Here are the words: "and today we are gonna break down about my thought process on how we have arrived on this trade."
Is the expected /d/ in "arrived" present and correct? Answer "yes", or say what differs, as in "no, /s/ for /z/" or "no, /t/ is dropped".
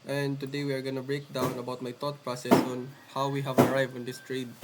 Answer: no, /d/ is dropped